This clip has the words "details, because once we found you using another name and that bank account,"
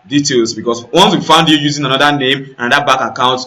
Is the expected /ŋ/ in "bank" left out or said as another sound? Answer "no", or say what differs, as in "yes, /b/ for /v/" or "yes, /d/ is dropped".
yes, /ŋ/ is dropped